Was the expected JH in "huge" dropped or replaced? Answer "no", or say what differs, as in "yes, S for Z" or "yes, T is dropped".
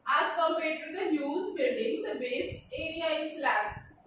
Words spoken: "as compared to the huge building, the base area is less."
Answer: yes, Z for JH